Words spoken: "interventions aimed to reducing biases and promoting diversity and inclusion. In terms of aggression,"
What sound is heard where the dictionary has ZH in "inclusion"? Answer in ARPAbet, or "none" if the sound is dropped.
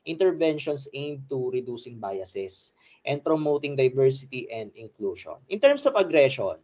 SH